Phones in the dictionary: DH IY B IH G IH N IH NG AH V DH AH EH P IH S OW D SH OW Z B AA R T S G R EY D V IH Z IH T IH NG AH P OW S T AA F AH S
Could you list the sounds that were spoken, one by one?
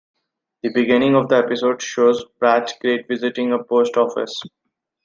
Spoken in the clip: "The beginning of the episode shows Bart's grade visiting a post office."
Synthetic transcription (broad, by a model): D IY B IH G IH N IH NG AH V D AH EH P IH S OW D SH OW Z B R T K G R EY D V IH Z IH T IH NG AH P OW S T AA F AH S